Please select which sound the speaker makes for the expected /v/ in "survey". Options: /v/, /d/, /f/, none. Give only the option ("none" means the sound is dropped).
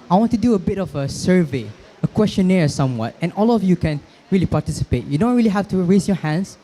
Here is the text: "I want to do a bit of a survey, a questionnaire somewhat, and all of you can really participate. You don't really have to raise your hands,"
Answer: /v/